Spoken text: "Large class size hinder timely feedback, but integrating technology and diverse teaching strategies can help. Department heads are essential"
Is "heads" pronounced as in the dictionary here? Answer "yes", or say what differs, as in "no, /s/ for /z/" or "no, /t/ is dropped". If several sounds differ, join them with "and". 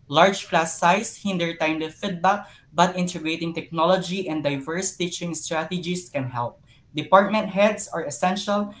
no, /s/ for /z/